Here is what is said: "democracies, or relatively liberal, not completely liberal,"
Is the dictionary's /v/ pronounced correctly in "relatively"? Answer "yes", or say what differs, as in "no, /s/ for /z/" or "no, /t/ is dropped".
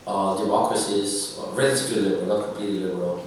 no, /b/ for /v/